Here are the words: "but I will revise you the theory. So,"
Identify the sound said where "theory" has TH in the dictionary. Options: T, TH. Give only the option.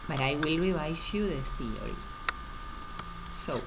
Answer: TH